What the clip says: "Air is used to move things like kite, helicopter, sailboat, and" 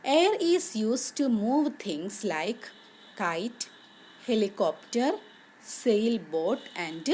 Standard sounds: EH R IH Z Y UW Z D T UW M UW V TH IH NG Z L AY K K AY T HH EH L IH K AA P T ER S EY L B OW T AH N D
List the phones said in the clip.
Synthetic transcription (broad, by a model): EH R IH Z Y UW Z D T UW M UW V T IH NG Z L AY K K AY T HH EH L IH K AA P T ER S EY L B OW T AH N D